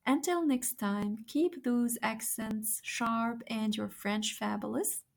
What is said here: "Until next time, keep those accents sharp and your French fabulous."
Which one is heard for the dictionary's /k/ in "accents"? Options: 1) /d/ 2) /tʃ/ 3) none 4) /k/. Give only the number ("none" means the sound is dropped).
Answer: 4